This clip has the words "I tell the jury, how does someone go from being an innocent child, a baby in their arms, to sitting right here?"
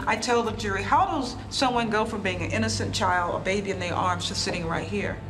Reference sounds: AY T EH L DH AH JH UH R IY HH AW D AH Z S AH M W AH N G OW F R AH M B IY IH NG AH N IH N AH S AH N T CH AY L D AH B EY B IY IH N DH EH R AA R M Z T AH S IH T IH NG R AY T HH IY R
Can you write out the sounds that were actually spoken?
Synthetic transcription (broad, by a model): AY T EH L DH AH JH UH R IY HH AW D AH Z S AH M W AH N G OW F R AH M B IY IH NG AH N IH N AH S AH N CH AY L D AH B EY B IY IH N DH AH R AA R M Z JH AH S IH T IH NG R AY T HH IY R